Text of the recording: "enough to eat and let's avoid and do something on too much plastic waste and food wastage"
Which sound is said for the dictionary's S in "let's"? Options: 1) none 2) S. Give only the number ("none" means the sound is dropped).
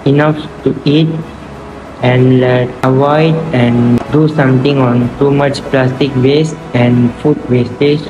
1